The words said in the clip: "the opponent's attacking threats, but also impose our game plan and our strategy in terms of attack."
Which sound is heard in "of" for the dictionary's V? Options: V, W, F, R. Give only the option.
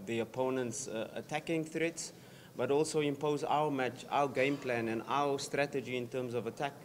V